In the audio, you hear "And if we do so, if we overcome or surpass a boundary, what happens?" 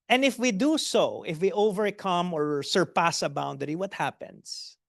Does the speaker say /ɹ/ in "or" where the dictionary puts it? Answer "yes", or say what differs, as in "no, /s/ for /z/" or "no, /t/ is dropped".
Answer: yes